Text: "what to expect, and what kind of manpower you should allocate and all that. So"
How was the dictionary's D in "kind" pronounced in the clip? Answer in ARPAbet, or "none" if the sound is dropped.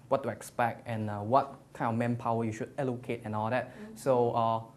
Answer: none